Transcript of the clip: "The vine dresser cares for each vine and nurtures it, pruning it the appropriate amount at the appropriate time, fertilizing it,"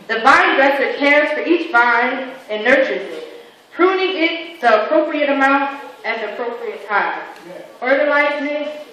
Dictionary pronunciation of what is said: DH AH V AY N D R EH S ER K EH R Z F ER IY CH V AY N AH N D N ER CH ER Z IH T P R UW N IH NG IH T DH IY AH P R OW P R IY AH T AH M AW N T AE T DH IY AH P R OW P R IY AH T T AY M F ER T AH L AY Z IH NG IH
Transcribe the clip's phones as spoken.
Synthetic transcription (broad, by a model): DH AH B AY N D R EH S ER K EH R Z F ER IY CH B AY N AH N N ER CH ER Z IH T P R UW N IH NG IH T DH IY AH P R OW P R IY AH T AH M AW N T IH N DH IY AH P R OW P R IY AH T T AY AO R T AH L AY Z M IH